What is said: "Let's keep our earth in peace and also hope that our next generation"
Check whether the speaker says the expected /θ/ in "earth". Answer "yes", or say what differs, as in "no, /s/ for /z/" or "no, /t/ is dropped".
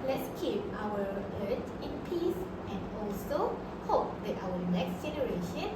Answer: no, /t/ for /θ/